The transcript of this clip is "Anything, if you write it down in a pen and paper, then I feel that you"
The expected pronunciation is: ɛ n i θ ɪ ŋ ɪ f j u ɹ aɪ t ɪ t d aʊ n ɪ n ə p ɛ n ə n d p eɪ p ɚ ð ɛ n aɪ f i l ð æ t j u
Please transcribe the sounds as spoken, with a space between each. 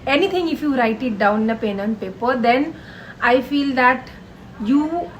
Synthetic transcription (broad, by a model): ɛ n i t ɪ ŋ ɪ f j u ɹ aɪ t ɪ t d aʊ n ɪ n ə p ɛ n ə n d p eɪ p ɚ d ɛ n aɪ f i l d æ t j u